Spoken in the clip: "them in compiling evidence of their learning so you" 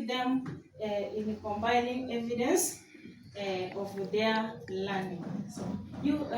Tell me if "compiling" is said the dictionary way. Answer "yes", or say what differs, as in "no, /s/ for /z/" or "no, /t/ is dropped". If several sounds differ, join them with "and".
no, /b/ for /p/ and /n/ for /l/